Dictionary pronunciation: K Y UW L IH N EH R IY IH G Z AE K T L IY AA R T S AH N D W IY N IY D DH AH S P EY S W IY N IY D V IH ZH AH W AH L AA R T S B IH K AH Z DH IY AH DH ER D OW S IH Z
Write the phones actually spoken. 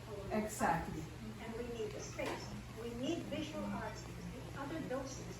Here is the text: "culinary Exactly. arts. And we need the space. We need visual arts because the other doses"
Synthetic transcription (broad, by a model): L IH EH IH G Z AE K T L IY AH N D W IY N IY D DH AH S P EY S W IY N IY D V IH ZH AH W AH L AA R T S B IH K AH Z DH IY AH DH ER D OW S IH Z